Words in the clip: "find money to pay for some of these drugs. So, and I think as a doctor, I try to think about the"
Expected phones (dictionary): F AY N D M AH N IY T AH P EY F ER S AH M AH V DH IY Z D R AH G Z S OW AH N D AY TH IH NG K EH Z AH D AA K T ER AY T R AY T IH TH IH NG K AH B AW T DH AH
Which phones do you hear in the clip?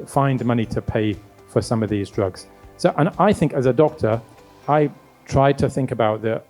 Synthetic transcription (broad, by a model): F AY N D M AH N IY T AH P EY F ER S AH M AH V DH IY Z D R AH G Z S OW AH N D AY TH IH NG K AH Z AH D AA K T ER AY T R AY T IH TH IH NG K AH B AW T DH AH